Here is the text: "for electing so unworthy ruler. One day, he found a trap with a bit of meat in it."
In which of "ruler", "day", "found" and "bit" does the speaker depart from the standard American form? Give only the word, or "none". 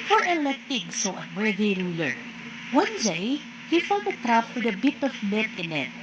found